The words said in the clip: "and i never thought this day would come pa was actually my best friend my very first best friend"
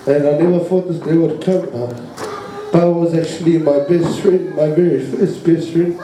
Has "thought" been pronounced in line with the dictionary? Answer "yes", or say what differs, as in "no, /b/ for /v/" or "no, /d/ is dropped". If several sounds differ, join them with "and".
no, /f/ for /θ/